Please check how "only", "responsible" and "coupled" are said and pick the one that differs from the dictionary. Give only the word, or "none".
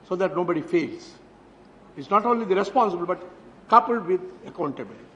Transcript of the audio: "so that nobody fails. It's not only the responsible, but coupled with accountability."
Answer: none